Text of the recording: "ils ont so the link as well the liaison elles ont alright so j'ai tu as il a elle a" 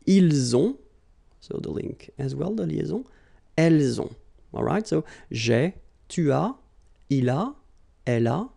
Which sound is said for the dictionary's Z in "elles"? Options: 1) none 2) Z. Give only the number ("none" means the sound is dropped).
2